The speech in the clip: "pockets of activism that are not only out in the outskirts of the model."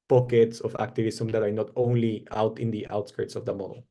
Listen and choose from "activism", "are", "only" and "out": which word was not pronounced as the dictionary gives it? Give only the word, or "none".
activism